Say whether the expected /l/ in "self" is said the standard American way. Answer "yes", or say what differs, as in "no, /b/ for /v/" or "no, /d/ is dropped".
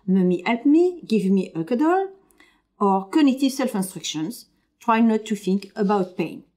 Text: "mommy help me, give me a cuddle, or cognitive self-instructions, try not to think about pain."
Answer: yes